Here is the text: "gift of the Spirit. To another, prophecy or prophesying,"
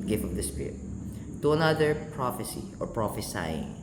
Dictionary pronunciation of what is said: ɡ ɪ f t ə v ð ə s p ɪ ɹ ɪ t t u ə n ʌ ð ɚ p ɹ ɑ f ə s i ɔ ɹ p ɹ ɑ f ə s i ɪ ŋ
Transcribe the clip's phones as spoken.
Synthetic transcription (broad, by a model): ɡ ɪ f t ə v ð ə s p ɪ ɹ ɪ t t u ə n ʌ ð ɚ p ɹ ɑ f ə s i ɔ ɹ p ɹ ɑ f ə s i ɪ ŋ